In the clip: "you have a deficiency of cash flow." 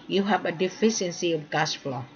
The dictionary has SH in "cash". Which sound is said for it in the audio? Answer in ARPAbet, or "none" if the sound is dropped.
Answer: S